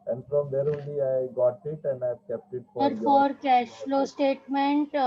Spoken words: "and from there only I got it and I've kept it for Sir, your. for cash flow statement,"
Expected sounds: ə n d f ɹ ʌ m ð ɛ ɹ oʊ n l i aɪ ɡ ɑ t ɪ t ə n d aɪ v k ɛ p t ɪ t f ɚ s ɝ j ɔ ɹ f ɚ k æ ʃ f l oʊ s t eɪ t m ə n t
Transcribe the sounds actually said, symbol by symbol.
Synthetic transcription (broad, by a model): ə n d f ɹ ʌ m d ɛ ɹ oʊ l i aɪ ɡ ɑ t ɪ t ə n d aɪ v k ɛ p t ɪ t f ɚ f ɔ ɹ k æ ʃ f l oʊ s t eɪ t m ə n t